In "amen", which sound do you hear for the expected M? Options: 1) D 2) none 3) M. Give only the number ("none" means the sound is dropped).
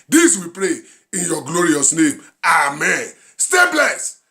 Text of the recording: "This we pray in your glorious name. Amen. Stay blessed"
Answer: 3